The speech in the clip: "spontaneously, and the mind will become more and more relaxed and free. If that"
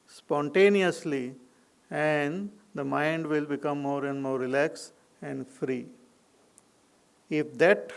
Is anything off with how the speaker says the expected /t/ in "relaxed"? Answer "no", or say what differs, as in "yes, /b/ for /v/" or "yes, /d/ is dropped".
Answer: yes, /t/ is dropped